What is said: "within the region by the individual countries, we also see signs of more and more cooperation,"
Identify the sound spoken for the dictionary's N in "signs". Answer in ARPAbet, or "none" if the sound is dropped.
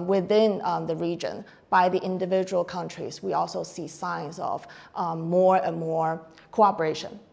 N